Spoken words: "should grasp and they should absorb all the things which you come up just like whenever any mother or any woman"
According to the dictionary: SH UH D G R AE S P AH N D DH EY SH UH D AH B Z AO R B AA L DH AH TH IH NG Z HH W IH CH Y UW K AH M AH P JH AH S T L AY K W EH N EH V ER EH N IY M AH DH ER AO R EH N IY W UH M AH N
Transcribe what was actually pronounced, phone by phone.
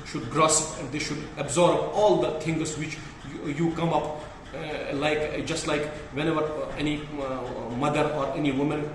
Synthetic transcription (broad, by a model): SH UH D G R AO S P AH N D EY SH UH D AH B Z AO R B AA L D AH T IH NG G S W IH CH Y UW K AH M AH P JH AH S T L AY K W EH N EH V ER EH N IY M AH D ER AO R EH N IY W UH M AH N